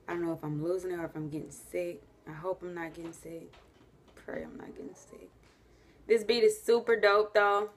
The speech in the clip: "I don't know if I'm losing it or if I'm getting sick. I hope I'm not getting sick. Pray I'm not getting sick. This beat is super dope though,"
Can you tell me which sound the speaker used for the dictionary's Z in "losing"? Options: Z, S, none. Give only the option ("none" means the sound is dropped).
Z